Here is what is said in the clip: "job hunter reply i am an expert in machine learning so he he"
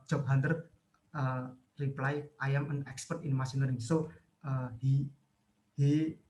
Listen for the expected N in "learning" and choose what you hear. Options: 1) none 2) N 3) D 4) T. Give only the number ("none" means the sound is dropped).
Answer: 1